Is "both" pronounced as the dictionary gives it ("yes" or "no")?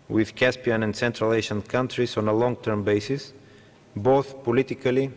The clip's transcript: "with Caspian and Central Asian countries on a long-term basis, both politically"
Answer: yes